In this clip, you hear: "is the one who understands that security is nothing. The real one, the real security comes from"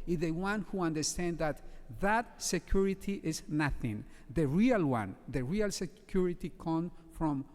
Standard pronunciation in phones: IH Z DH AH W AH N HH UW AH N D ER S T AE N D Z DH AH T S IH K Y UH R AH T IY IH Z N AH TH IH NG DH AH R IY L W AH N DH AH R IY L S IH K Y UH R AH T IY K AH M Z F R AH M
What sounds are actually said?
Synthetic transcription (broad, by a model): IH DH AH W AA N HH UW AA N D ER S T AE N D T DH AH T S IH K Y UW R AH T IY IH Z N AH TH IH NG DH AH R IY L W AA N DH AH R IY L S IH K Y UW R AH T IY K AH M F R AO M